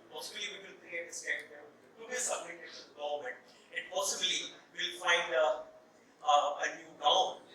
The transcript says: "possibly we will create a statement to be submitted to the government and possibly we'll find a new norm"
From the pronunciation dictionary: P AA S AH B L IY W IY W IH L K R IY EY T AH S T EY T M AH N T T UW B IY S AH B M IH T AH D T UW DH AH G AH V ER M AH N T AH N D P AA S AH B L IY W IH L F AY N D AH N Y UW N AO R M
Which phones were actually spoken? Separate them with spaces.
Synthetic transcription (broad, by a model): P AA S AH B L IY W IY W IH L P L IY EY AH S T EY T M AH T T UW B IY S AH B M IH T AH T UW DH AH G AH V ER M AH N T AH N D P AA S AH B L IY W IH L F AY N D AH N Y UW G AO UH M